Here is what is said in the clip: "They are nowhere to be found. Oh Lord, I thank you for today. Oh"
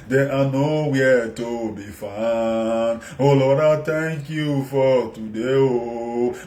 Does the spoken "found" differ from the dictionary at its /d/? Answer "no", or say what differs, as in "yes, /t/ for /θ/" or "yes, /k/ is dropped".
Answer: yes, /d/ is dropped